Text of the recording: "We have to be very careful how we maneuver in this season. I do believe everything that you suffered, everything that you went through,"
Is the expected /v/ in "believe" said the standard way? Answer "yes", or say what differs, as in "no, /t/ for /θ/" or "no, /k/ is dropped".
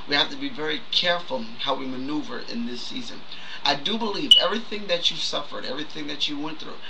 yes